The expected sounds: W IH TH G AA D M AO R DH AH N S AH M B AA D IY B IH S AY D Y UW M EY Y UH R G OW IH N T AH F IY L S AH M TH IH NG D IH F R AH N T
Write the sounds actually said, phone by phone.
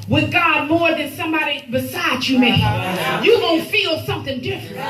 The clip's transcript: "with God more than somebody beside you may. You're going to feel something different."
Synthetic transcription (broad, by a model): W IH G AA D M AO R DH AH N S AH M B AA D IY B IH S AY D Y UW M EY Y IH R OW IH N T F IY L S AH M TH IH NG D IH F R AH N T